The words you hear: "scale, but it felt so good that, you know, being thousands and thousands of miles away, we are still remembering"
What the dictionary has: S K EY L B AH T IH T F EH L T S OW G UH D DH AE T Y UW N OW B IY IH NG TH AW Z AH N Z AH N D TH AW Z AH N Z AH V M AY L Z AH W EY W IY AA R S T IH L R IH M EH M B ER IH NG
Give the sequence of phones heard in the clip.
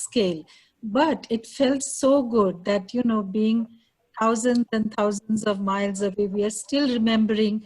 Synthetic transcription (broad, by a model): S K EY L B AH T IH T F EH L T S OW G UH D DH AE T Y UW N OW B IY IH NG T AW Z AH N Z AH N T AW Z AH N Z AH V M AY L Z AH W EY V IY AA R S T IH L R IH M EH M B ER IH NG